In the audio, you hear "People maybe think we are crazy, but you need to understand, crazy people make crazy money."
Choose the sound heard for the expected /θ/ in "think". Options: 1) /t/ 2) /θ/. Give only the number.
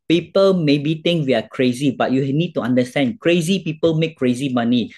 1